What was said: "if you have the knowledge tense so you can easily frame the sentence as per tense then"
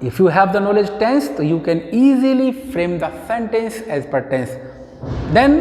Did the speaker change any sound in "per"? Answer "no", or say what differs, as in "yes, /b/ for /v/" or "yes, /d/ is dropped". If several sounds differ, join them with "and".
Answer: no